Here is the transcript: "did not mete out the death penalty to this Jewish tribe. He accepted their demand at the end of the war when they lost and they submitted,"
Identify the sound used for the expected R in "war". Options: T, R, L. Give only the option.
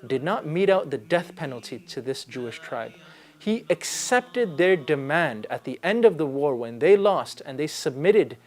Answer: R